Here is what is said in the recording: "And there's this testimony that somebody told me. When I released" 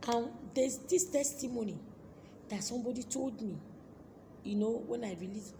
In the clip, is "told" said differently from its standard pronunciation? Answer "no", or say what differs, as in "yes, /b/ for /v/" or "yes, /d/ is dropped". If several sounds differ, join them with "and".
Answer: no